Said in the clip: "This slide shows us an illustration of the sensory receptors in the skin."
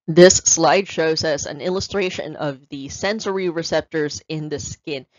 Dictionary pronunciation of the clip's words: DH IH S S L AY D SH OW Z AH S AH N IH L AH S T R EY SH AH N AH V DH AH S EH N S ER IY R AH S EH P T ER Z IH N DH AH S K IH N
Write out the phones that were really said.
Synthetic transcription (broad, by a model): DH IH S S L AY D SH OW Z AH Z AH N IH L AH S T R EY SH AH N AH V DH AH S EH N S ER IY R AH S EH P T ER Z IH N DH AH S K IH N